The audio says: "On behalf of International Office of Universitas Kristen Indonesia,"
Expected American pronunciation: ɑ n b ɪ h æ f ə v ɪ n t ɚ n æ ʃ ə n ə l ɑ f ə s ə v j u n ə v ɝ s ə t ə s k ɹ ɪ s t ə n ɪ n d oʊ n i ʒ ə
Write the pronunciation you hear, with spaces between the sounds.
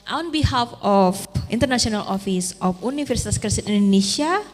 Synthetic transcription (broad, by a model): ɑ n b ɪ h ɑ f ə f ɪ n t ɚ n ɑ s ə n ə l ɑ f ə s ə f u n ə f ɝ s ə t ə s k ɹ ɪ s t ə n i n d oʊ n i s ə